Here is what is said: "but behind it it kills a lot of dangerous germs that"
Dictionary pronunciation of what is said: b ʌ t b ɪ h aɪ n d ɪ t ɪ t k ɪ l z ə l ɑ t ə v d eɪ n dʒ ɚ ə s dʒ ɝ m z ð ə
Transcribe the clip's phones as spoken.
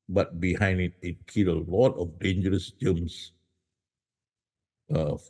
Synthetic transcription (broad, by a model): b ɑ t b ɪ h aɪ n d ɪ t ɪ t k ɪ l ə l ɑ t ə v d eɪ n dʒ ɚ ə s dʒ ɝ m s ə